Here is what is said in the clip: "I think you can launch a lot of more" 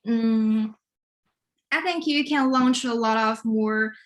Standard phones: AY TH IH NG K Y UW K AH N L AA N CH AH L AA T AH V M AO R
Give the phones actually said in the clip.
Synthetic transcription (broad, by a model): AY TH IH NG K Y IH K AH N L AA N CH AH L AA T AH V M AO R